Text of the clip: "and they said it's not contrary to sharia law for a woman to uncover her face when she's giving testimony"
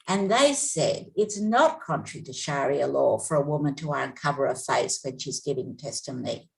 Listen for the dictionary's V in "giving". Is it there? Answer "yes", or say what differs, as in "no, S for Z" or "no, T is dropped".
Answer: yes